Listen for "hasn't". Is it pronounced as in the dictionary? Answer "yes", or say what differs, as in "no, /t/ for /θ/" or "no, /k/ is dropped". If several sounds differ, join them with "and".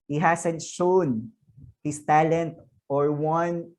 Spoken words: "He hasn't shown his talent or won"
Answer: no, /s/ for /z/